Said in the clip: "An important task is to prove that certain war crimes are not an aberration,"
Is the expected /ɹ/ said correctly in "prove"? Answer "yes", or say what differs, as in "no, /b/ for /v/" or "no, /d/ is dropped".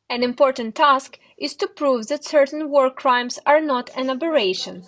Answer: yes